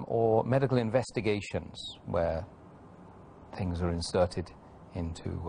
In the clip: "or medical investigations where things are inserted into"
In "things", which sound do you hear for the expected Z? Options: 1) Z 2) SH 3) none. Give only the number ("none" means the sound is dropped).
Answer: 1